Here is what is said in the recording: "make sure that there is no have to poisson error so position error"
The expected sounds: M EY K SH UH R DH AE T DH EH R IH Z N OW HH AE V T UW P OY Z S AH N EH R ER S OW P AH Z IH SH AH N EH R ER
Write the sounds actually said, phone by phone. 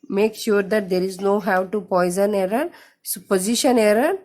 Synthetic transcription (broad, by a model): M EY K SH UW R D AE T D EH R IH Z N OW HH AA W T UW P OY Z AH N EH R ER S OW P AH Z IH SH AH N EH R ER